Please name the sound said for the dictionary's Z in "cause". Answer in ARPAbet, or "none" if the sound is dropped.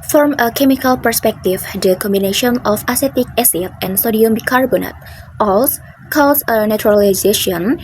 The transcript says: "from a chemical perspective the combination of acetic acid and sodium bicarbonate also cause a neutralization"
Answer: S